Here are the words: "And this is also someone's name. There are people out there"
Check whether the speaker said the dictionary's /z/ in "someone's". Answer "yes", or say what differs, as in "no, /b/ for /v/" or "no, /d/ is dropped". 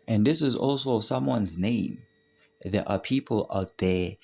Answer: yes